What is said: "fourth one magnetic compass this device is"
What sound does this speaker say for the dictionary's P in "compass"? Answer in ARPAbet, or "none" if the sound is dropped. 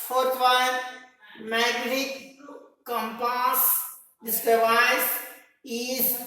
P